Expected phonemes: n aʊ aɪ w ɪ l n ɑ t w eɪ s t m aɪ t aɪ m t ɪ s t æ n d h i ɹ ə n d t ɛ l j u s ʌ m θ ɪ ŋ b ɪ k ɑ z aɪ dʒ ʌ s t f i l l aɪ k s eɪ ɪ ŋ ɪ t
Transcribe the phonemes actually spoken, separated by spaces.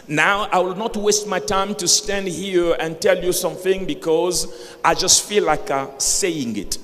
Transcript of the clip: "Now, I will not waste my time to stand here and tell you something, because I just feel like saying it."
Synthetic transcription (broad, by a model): n aʊ aɪ w ɪ l n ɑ t w eɪ s t m aɪ t aɪ m t ɪ s t æ n d h i ɹ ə n t ɛ l j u s ʌ m θ ɪ ŋ b ɪ k ɑ z aɪ dʒ ʌ s t f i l l aɪ k s eɪ ɪ ŋ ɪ t